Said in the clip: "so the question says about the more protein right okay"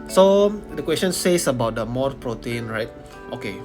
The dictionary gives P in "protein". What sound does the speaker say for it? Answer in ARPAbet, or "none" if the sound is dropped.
P